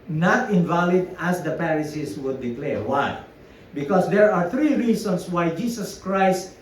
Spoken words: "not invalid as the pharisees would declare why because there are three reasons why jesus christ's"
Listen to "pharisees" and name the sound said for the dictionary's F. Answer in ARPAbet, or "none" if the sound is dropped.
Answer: P